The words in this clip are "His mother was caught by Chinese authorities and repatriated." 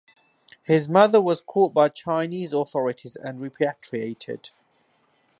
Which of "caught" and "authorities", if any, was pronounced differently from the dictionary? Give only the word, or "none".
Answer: none